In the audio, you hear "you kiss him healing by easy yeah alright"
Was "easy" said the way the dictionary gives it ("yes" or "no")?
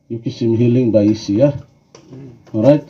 no